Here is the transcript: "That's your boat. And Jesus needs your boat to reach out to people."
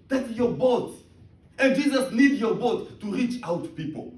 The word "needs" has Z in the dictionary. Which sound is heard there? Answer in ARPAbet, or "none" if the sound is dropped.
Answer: none